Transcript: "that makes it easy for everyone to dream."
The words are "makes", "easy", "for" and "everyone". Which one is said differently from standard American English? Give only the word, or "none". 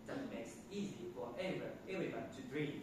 everyone